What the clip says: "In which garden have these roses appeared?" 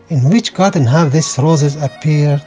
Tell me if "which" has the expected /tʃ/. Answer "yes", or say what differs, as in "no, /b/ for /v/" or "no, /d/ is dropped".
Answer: yes